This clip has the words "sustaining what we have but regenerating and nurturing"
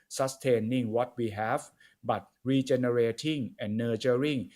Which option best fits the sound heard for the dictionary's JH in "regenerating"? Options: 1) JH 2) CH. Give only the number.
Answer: 2